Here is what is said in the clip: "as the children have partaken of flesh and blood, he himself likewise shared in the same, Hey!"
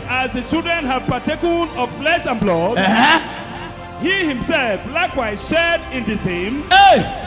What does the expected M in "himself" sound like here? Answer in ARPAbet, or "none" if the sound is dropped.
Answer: M